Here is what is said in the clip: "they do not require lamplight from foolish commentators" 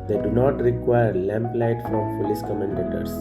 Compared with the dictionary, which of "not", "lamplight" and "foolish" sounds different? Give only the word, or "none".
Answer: foolish